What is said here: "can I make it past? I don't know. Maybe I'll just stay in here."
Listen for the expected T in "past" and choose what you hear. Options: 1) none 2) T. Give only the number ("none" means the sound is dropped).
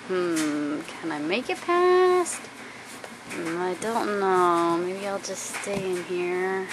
2